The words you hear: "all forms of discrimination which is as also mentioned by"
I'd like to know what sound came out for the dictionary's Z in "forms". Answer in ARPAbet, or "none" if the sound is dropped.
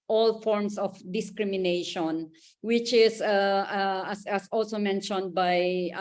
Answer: S